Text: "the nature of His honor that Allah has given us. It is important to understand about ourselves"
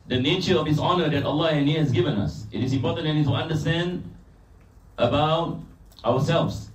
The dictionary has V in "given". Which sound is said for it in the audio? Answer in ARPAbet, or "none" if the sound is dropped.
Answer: V